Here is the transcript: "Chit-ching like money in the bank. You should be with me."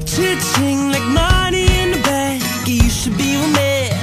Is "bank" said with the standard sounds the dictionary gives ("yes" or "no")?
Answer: no